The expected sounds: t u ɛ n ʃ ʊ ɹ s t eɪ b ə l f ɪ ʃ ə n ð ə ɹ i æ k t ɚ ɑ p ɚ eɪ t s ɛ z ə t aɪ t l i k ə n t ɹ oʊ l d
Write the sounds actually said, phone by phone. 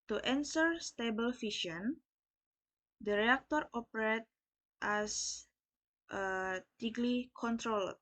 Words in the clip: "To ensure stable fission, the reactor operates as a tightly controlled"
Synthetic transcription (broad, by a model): t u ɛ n s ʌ ɹ s t eɪ b ə l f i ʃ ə n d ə ɹ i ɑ k t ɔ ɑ p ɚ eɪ t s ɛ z ə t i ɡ l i k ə n t ɹ oʊ l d